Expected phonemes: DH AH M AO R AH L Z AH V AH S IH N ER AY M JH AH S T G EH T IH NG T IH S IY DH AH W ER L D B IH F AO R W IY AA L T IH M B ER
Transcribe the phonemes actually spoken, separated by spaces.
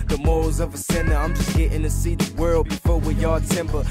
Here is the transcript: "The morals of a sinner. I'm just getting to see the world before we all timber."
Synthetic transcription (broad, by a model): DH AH M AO AH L Z AH V AH S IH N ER AY M JH AH S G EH T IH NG T IH S IY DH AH W ER L D B IH F AO R W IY AA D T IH M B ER